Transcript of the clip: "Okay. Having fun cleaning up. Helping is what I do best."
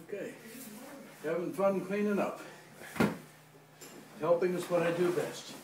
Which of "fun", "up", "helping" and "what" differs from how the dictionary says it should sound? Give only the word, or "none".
up